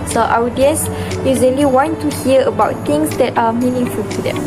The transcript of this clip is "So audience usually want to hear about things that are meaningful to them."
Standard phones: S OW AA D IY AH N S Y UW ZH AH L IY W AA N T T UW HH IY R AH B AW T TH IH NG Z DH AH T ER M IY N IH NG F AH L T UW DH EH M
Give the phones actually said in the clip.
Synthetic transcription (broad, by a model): S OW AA D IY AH S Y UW Z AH L IY W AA N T T UW HH IY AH AH B AW T T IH NG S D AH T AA M IY N IH NG F AH L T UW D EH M